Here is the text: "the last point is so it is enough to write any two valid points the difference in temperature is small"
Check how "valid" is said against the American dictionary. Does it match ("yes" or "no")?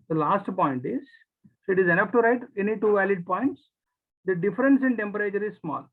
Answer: yes